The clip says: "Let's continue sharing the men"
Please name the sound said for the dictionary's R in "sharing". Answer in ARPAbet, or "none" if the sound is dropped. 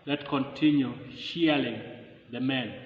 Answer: L